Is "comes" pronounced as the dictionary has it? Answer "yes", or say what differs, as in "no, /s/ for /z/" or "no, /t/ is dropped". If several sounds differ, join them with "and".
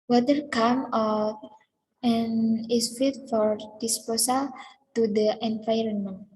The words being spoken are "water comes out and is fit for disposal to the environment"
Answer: no, /z/ is dropped